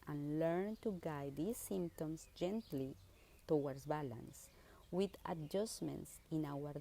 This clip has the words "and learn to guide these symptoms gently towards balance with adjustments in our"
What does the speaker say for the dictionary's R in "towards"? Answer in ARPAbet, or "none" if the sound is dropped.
W